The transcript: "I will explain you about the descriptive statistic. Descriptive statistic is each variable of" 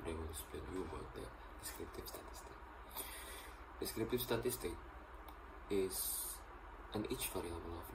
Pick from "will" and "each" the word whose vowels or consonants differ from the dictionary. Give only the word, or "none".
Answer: will